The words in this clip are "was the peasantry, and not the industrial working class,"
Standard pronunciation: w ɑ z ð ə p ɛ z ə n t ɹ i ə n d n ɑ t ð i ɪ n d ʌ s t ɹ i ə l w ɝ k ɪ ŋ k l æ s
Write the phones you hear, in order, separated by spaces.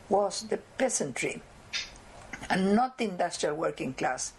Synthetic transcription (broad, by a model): w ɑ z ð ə p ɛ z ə n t ɹ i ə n n ɑ t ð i ɪ n d ʌ s t ɹ i ə l w ɝ k ɪ ŋ k l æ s